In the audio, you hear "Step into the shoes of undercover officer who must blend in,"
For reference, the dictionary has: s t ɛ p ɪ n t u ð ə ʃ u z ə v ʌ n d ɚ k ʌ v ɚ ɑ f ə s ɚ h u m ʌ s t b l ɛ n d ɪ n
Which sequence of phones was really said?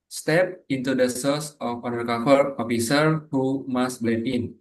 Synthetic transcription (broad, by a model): s t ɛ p ɪ n t u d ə s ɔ s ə f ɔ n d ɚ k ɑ f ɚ ɑ f ə s ɚ h u m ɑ s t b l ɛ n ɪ n